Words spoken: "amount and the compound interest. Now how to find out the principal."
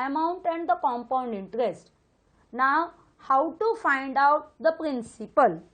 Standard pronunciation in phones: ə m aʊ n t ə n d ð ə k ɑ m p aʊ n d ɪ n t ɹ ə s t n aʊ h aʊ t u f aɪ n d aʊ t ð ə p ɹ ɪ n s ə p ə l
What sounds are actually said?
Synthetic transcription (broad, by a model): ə m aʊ n t ə n d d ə k ɑ m p aʊ n d ɪ n t ɹ ə s t n aʊ h aʊ t u f aɪ n d aʊ t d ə p ɹ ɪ n s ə p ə l